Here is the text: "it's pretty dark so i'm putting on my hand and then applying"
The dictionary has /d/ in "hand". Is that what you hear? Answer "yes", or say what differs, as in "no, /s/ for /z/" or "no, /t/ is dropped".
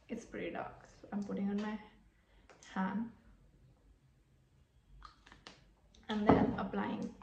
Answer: no, /d/ is dropped